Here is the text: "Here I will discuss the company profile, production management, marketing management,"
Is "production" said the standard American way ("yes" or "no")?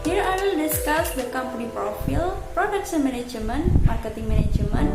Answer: no